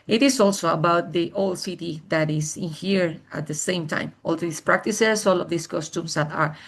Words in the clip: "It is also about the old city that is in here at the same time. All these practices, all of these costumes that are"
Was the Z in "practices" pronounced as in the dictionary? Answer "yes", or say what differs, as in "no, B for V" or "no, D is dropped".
no, S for Z